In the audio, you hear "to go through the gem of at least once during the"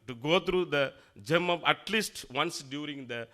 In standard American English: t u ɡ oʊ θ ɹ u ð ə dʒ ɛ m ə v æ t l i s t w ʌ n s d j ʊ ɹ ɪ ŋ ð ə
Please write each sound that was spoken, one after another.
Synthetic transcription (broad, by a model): t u ɡ oʊ t ɹ u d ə dʒ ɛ m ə p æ t l i s t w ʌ n s d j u ɹ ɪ ŋ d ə